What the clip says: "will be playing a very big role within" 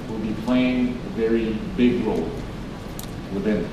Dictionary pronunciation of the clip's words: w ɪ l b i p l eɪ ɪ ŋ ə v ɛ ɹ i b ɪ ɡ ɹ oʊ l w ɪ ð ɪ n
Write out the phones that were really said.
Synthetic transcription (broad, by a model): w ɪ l b i p l eɪ ɪ ŋ ə v ɛ ɹ i b ɪ ɡ ɹ oʊ l w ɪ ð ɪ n